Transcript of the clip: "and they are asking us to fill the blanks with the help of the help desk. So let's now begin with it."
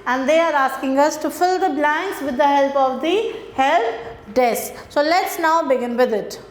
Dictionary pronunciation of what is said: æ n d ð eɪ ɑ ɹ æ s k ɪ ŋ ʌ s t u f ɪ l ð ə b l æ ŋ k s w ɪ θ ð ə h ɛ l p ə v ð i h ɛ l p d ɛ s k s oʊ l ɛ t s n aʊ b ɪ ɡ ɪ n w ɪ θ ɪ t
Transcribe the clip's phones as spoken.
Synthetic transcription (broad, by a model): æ n d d eɪ ɑ ɹ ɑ s k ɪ ŋ ʌ s t u f ɪ l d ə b l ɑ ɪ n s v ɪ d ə h ɛ l p ə v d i h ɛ l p d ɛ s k s oʊ l ɛ t s n aʊ b ɪ ɡ ɪ n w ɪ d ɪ t